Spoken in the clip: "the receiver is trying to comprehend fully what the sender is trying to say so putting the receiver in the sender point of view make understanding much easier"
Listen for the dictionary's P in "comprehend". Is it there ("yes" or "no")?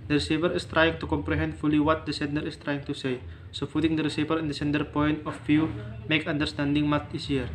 yes